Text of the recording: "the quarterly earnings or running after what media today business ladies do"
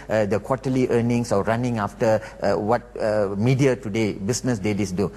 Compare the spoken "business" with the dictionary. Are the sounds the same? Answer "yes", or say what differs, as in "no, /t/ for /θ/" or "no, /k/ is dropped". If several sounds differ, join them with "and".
no, /s/ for /z/